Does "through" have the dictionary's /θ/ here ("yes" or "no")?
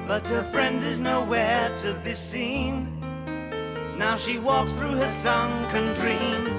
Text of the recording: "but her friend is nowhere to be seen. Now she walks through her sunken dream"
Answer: yes